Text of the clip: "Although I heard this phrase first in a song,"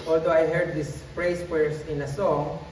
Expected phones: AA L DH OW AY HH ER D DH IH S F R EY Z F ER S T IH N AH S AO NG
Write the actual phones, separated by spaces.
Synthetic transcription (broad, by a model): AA L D OW AY HH ER D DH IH S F R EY S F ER S IH N AH S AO NG